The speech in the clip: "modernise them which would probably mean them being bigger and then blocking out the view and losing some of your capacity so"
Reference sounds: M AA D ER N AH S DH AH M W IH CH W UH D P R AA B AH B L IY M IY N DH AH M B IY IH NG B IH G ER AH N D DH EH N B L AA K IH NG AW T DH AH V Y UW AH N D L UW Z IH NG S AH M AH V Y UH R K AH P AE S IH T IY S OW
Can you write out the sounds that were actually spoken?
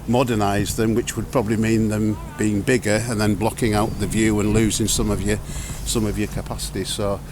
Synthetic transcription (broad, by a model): M AA D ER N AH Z DH AH M W IH CH W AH D P R AA B AH B L IY M IY N DH AH M B IY IH NG B IH G ER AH N DH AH N B L AA K IH NG AW T DH AH V Y UW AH N L UW Z IH NG S AH M AH V Y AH R K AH P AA S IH T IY S OW